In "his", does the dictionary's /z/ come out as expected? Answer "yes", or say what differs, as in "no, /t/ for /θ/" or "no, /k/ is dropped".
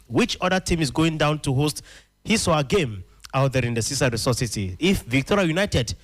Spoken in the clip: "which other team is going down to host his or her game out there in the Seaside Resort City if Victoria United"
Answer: no, /s/ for /z/